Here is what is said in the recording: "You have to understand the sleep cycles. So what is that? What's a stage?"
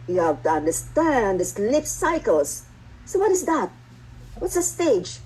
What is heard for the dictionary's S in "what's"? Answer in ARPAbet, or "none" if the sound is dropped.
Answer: S